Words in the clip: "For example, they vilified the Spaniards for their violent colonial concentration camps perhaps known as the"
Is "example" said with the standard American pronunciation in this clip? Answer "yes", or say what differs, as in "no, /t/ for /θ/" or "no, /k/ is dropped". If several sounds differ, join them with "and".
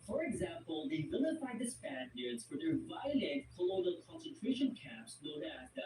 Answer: yes